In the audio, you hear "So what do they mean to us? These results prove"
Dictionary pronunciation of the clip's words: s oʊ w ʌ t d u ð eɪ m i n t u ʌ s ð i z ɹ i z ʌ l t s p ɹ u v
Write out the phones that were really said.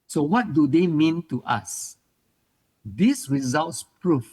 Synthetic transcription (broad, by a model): s oʊ w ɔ t d u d eɪ m i n t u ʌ s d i s ɹ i z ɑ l t s p ɹ u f